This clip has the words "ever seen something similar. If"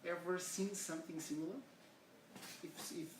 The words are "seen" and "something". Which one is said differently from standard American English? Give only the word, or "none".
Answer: none